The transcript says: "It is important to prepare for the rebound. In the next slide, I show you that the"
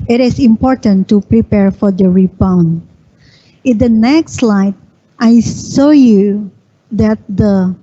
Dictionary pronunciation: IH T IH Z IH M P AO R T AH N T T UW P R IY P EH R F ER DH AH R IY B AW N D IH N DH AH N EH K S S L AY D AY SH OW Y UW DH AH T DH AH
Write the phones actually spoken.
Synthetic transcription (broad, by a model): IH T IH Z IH M P AO R T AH N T T UW P R IY P EH R F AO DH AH R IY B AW N IH N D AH N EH K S S L AY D AY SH OW Y UW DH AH T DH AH